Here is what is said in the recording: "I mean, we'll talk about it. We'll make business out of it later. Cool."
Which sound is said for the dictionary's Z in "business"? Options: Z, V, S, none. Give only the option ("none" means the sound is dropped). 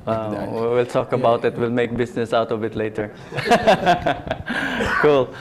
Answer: S